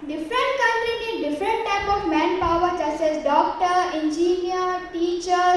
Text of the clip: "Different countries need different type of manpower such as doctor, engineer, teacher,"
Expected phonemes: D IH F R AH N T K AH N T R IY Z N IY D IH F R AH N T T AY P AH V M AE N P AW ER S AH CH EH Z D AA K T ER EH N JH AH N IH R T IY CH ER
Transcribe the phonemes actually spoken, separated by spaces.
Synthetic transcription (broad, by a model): D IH F R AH N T K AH N T R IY N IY D IH F R AH N T T AY P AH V M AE N P AW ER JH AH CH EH S D AA K T ER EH N JH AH N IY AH T IY CH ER